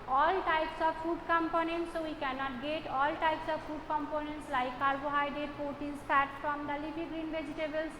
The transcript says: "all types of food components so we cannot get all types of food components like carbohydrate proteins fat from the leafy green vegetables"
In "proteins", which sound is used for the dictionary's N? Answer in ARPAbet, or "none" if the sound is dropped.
none